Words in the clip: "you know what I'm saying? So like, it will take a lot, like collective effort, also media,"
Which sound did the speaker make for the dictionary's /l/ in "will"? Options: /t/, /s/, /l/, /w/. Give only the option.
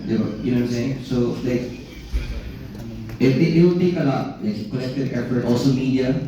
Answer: /w/